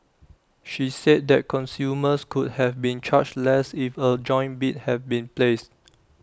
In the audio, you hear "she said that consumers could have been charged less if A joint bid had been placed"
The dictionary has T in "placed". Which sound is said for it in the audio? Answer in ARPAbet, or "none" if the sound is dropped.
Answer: T